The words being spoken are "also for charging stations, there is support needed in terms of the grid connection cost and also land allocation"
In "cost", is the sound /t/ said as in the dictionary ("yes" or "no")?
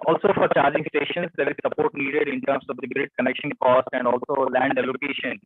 yes